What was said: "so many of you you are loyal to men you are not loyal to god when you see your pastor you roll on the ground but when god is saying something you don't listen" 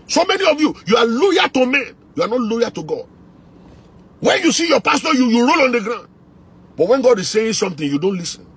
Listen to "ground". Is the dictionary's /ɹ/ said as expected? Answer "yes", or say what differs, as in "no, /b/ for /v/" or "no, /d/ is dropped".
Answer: yes